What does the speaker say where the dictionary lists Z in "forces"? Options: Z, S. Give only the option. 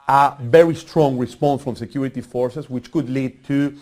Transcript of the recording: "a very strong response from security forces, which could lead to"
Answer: S